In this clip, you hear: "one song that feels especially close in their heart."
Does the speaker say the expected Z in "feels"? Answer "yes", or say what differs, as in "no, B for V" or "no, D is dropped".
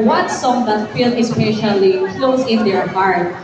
no, Z is dropped